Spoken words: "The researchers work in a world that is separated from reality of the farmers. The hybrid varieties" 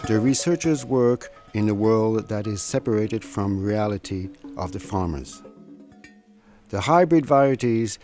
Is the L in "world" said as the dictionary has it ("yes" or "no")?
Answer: yes